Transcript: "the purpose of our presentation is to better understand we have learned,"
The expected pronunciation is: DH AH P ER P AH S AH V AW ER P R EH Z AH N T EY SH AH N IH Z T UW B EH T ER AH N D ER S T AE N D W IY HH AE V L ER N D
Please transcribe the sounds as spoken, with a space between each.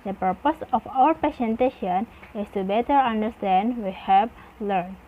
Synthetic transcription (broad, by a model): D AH P ER P AH S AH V AW ER P EH S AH N T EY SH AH N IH S T UW B EH T ER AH N D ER S T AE N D W IY HH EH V L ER N